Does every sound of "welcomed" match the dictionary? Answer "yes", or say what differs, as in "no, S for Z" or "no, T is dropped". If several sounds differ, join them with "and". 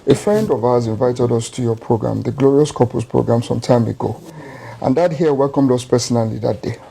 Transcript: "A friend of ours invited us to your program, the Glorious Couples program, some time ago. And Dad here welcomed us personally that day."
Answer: yes